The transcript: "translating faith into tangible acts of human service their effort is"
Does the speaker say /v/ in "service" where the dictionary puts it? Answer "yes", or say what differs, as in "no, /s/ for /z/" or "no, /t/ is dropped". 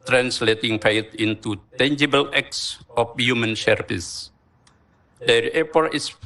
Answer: no, /p/ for /v/